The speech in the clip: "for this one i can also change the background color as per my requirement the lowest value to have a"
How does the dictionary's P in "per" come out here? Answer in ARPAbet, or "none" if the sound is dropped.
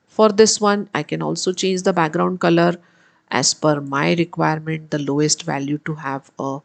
F